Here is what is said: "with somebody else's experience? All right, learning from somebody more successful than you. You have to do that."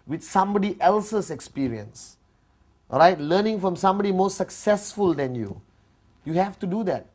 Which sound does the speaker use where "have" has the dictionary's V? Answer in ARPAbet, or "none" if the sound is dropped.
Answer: F